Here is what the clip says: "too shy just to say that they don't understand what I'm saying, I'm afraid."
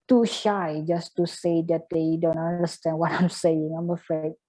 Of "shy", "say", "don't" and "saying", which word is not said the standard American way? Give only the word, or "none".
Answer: none